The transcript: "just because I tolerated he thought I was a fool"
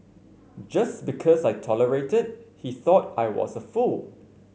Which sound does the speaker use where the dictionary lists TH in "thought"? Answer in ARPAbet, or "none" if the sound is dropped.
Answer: TH